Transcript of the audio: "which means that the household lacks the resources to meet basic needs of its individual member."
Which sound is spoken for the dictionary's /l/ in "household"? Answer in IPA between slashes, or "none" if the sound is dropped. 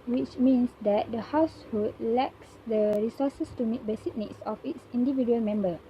none